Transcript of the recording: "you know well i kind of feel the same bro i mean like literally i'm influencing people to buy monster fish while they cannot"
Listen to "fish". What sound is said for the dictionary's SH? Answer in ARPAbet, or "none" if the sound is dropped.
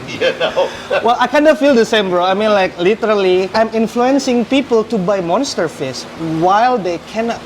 S